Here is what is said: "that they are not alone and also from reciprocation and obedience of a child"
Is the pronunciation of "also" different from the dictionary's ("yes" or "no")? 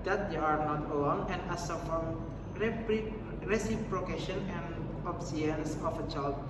yes